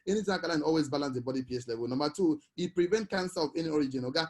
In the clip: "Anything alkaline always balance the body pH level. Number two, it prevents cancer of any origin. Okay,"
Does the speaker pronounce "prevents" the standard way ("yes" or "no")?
no